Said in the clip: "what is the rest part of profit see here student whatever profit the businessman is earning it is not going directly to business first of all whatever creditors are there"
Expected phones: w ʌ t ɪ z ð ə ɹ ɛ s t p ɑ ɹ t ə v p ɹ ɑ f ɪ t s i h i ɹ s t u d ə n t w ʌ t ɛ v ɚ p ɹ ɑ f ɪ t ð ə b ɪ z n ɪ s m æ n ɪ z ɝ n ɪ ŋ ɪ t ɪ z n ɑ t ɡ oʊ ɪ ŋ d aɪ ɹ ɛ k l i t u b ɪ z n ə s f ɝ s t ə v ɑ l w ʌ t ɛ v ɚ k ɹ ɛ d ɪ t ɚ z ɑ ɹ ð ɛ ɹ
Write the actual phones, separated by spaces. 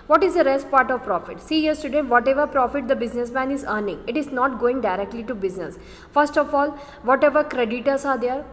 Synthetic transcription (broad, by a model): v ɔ t ɪ z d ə ɹ ɛ s t p ɑ ɹ t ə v p ɹ ɑ f ɪ t s i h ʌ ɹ s t u d ə n t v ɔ t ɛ v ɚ p ɹ ɑ f ɪ t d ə b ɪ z n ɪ s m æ n ɪ z ɝ n ɪ ŋ ɪ t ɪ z n ɑ t ɡ oʊ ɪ ŋ d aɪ ɹ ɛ k l i t u b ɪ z n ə s f ɝ s t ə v ɑ l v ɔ t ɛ v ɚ k ɹ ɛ d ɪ t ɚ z ɑ ɹ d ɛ ɹ